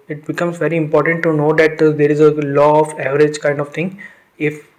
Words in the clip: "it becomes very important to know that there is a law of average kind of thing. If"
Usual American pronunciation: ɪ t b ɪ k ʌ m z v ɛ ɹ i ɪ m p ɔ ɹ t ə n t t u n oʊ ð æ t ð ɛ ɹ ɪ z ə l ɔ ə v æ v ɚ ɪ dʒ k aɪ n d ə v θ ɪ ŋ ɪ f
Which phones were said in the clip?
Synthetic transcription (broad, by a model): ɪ t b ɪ k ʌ m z v ɛ ɹ i ɪ m p ɔ ɹ t ə n t t u n oʊ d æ t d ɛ ɹ ɪ z ə l ɔ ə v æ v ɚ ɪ dʒ k aɪ n d ə v t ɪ ŋ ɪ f